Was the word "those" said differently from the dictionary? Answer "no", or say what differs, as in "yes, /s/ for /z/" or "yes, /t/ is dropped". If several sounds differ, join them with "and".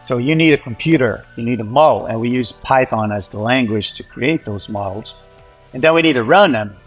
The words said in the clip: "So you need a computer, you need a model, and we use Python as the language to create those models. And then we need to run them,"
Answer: no